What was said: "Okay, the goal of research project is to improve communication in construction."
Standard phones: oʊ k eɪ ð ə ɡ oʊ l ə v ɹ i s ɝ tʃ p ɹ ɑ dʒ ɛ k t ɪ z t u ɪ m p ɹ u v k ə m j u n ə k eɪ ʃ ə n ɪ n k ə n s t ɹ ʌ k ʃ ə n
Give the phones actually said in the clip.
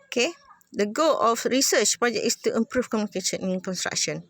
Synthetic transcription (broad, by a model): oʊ k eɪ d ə ɡ oʊ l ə f ɹ i s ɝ tʃ p ɹ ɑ dʒ ɛ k ɪ s t u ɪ m p ɹ u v k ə m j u n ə k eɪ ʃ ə n ɪ n k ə n s t ɹ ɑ k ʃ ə n